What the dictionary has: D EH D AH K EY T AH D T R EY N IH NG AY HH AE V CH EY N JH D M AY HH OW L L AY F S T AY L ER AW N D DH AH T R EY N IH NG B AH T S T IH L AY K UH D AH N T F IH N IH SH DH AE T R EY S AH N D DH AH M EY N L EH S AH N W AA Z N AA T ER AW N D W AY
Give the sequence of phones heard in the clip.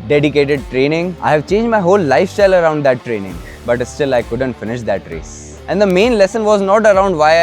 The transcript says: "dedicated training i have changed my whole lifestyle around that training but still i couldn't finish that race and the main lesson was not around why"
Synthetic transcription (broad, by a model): D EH D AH K EY T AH D T R EY N IH NG AY HH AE V CH EY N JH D M AY HH OW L L AY F S T AY L ER AW N D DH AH T R EY N IH NG B AH T S T IH L AY K UH D AH N T F IH N IH SH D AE T R EY S AH N D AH M EY N L EH S AH N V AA Z N AA T ER AW N D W AY